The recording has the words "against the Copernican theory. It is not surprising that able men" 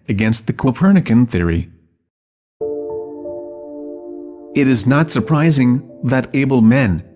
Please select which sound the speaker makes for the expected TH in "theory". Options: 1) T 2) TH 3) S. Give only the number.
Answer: 2